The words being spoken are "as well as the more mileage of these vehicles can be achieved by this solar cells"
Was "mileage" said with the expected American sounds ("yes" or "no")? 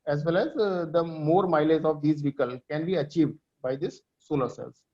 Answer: no